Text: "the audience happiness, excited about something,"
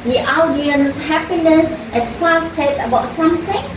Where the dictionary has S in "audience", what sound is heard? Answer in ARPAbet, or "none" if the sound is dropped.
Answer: S